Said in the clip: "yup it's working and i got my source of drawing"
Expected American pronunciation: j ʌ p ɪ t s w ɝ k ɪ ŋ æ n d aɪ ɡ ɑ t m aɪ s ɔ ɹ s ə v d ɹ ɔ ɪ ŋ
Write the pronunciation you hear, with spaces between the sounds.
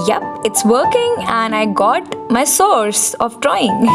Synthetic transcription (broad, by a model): j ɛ p ɪ t s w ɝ k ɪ ŋ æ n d aɪ ɡ ɑ t m aɪ s ɔ ɹ s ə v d ɹ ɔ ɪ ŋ